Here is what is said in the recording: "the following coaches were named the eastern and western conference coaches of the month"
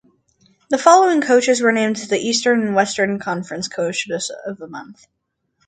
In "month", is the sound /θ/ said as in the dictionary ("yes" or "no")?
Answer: yes